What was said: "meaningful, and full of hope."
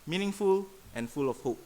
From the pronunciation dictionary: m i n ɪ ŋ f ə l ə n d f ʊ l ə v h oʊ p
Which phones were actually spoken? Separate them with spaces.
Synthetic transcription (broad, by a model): m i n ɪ ŋ f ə l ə n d f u l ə f h oʊ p